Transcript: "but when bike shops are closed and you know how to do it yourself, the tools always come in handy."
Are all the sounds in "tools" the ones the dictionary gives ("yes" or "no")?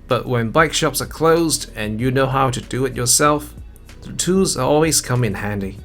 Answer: no